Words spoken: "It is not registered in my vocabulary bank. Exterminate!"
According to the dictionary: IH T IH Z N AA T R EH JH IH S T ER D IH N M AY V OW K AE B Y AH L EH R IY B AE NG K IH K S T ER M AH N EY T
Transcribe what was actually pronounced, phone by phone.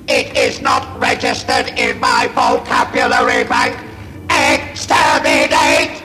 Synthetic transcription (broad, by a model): IH T IH Z N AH T R EH JH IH S T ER D IH N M AY F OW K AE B Y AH L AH R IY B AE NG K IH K S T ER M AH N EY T